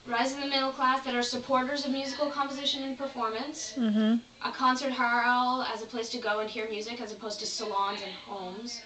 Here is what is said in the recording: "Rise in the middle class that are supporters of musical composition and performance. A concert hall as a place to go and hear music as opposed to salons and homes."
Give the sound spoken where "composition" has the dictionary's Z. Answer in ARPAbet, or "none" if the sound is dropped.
Z